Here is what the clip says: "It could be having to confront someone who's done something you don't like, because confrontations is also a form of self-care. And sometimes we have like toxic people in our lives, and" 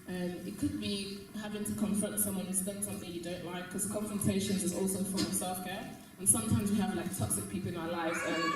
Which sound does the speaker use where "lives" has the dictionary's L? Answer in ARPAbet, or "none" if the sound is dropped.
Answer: L